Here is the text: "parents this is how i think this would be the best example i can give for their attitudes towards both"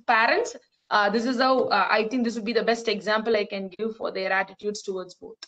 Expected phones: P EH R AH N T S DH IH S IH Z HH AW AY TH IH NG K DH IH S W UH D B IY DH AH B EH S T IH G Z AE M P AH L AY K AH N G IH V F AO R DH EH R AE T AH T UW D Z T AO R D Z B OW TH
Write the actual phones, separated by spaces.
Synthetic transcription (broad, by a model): P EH R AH N T S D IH S IH Z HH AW AY T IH NG K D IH S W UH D B IY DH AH B EH S T IH G Z AE M P AH L AY K AH N G IH V F AO R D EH R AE T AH T UW D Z T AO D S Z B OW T